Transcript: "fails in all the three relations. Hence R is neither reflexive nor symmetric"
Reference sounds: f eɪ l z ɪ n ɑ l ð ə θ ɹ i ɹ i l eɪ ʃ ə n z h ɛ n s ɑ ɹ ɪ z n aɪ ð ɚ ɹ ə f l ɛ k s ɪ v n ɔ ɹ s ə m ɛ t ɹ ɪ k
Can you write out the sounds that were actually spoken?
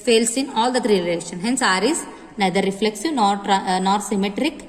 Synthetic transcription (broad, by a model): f eɪ l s ɪ n ɑ l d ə t ɹ i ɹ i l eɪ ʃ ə n h ɛ n s ɑ ɹ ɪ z n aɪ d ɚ ɹ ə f l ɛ k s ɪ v n ɔ ɹ s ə m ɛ t ɹ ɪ k